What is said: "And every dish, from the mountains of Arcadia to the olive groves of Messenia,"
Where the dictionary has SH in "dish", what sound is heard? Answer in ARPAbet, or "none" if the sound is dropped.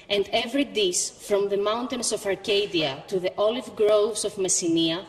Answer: S